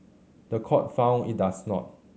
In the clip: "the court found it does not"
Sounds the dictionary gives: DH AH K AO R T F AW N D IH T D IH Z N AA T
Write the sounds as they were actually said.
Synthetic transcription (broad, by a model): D AH K AO T F AW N IH T D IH S N AA T